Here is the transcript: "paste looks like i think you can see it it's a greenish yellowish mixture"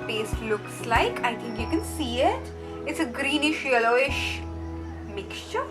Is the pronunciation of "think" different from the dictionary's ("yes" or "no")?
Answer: yes